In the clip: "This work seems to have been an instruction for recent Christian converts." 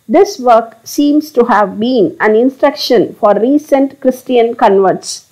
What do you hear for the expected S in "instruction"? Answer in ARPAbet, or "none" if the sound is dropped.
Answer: S